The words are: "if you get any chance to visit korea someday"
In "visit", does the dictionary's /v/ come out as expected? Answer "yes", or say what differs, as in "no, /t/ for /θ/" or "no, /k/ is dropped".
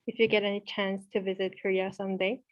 yes